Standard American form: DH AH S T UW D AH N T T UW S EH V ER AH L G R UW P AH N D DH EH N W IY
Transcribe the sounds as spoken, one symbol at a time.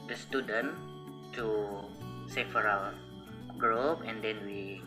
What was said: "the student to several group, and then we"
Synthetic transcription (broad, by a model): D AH S T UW D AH N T T UW S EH F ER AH W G R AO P AH N D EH N W IY